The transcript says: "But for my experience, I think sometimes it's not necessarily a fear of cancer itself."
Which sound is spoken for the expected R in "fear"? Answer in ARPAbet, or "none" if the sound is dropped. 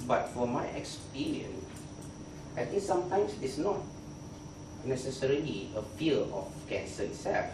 L